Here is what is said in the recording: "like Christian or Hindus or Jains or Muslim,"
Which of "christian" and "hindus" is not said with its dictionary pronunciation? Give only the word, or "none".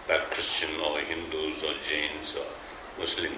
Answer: none